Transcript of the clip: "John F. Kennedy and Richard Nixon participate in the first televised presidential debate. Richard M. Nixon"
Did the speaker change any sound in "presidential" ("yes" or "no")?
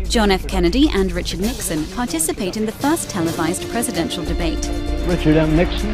no